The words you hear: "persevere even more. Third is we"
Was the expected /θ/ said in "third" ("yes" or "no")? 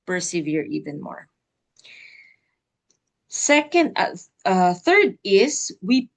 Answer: yes